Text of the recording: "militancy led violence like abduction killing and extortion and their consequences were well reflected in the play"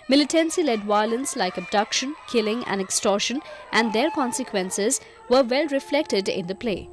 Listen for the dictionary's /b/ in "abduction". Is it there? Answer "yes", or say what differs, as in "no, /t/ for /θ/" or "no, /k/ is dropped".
yes